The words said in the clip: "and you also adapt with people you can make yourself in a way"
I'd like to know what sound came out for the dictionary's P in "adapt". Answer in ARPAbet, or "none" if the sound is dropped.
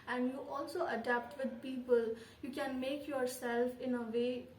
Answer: P